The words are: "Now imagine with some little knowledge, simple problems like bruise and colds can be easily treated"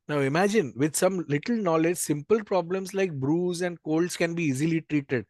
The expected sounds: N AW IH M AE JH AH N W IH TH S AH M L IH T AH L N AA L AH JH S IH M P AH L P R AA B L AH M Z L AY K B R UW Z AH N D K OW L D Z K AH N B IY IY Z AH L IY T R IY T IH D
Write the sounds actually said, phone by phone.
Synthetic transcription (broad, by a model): N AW IH M AE JH AH N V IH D S AH M L IH T AH L N AA L AH JH S IH M P AH L P R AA B L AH M S L AY K B R UW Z AH N D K OW L D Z K AH N B IY IY Z AH L IY T R IY T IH D